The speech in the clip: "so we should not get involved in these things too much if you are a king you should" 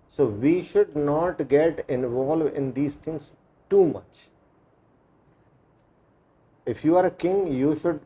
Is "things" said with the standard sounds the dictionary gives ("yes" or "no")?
no